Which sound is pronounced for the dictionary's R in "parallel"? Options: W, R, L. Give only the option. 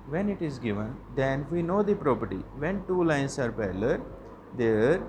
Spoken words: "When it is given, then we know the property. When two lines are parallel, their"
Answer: L